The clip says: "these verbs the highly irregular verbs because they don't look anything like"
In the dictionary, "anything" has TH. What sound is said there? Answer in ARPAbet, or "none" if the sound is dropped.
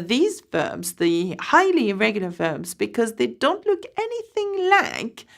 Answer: TH